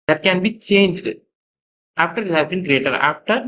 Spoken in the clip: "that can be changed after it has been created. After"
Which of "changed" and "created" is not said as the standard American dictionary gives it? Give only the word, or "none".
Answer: none